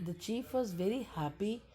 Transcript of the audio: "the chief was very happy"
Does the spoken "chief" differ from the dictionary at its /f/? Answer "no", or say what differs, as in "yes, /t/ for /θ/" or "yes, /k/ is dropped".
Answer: no